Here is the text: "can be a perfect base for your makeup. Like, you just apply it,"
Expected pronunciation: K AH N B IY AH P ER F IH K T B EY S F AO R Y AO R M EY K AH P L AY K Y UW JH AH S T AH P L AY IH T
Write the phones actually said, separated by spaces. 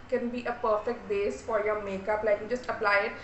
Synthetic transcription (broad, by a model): K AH N B IY AH P ER F IH K T B EY S F AO R Y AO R M EY K AH P L AY K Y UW JH AH S T AH P L AY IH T